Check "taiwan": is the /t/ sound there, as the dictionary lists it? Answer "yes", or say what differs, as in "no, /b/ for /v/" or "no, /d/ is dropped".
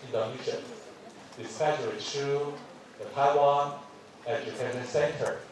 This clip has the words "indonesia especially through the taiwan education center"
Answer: yes